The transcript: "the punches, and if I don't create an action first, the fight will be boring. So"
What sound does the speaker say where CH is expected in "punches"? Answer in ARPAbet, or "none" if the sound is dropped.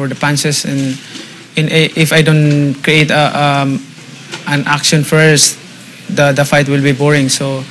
S